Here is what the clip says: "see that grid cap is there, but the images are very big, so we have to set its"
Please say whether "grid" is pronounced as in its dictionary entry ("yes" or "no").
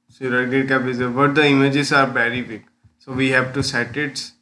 no